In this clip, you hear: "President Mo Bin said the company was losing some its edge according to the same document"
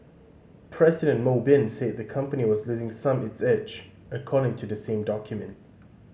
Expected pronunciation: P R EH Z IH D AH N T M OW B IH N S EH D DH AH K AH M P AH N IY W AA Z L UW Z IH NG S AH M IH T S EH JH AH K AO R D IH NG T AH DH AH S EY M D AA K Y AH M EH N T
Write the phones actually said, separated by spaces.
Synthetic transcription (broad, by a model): P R EH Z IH D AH N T M OW B IH N S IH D DH AH K AH M P AH N IY W AA Z L UW Z IH NG S AH M IH T S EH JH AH K AO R D IH NG T AH DH AH S EY M D AA K Y AH M EH N T